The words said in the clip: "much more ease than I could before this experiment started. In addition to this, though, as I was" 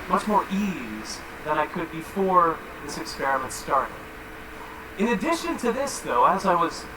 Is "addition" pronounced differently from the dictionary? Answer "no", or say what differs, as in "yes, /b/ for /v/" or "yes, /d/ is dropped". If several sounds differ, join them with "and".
no